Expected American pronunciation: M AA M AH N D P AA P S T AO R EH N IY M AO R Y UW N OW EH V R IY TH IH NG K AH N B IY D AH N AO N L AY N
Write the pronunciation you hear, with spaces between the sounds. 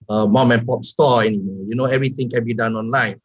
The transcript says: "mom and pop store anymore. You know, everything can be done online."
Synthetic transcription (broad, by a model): M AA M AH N P AA P S T AO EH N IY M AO Y UW N OW EH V R IY T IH NG K AH N B IY D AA N AO N L AY N